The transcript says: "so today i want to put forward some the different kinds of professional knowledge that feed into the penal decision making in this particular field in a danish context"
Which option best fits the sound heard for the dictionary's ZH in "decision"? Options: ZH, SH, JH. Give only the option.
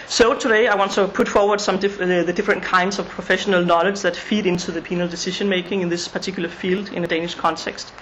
SH